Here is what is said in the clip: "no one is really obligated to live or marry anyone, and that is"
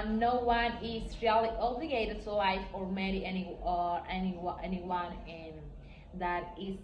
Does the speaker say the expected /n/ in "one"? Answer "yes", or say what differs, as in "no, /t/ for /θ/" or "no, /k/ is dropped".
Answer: yes